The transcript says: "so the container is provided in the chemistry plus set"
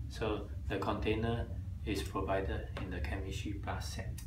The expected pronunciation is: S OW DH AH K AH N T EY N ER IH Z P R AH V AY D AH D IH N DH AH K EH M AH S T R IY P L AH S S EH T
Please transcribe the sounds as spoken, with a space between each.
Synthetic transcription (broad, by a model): S OW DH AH K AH N T EY N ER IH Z P R AH V AY D AH D IH N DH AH K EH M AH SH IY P AA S S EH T